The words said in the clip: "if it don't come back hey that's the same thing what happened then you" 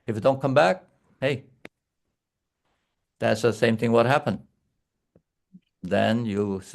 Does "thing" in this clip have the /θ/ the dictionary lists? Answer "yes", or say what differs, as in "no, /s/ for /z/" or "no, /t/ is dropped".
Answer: yes